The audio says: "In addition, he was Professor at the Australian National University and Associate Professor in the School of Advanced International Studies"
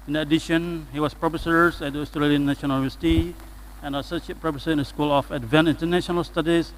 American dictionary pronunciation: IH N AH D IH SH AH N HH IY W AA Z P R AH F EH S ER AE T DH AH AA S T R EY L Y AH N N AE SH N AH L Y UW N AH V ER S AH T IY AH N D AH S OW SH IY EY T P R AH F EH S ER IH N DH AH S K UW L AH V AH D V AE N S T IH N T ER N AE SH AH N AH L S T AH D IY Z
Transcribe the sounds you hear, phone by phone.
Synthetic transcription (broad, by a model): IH N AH D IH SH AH N HH IY W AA S P R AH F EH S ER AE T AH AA S T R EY L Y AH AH N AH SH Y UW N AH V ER S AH T IY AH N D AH S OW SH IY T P R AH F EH S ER IH N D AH S K UW L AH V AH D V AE N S IH N T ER N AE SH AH N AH L S T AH D IY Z